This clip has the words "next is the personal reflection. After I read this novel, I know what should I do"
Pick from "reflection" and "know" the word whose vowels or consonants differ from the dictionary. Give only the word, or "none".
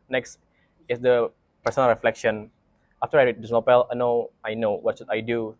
none